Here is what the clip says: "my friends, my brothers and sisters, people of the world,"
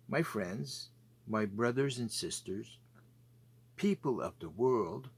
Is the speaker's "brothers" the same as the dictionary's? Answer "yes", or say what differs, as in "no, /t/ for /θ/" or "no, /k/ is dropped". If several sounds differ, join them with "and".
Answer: yes